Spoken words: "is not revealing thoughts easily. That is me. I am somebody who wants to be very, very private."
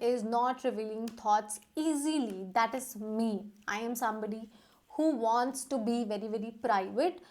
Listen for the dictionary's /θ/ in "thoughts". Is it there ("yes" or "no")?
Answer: no